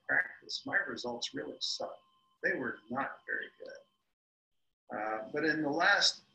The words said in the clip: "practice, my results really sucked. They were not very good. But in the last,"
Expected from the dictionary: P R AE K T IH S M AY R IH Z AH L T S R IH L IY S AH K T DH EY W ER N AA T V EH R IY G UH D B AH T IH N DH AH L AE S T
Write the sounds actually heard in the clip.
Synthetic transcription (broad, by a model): P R AE K T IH S M AY R IH Z AH L T S R IH L IY S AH DH EY W ER N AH T V EH R IY G UH D B AH T IH N DH AH L AE S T